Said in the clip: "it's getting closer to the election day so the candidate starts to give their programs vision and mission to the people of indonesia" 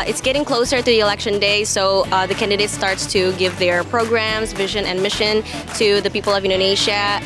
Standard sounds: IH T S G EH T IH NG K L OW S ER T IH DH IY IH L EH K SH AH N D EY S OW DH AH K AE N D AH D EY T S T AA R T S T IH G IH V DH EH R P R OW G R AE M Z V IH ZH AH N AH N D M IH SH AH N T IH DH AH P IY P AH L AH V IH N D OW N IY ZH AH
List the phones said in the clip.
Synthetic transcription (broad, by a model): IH T S G EH T IH NG K L OW S ER T IH DH IY IH L EH K SH AH N D EY S OW DH AH K AE N D AH D EY T S T AA R T S T IH G IH V DH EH R P R OW G R AE M Z V IH ZH AH N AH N M IH SH AH N T IH DH AH P IY P L AH V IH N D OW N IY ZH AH